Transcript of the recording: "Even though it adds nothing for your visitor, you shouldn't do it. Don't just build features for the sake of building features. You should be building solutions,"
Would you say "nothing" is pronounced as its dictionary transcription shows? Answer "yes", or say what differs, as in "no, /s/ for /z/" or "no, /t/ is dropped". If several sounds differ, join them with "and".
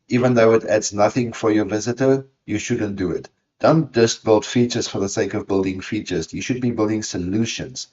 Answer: yes